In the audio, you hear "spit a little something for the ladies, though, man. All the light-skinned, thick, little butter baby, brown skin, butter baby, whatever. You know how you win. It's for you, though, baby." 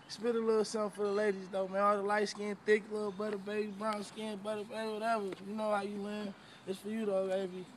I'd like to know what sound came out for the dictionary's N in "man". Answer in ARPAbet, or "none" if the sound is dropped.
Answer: none